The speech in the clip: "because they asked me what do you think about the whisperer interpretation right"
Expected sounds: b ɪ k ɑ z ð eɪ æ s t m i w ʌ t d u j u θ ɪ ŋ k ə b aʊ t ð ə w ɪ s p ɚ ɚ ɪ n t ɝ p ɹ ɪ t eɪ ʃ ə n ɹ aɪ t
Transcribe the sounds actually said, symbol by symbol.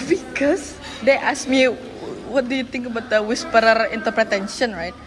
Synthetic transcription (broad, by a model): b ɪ k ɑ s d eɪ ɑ s m i w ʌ t d u j u t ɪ ŋ k ə b aʊ t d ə w ɪ s p ɚ ɚ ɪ n t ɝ p ɹ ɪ t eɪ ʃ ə n ɹ aɪ t